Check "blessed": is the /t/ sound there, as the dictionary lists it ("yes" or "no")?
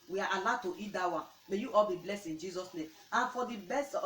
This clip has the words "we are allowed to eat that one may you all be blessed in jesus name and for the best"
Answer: no